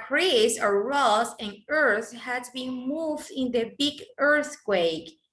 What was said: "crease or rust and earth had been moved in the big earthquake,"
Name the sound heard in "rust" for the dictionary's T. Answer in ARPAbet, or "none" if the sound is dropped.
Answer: none